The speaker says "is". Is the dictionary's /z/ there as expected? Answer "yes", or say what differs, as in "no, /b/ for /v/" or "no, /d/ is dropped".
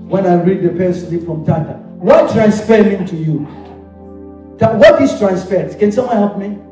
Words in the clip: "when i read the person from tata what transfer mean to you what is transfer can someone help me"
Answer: no, /s/ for /z/